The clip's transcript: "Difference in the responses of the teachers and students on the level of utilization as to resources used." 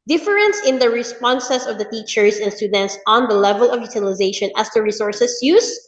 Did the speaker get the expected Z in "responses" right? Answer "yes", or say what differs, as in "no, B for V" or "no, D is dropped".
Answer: no, S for Z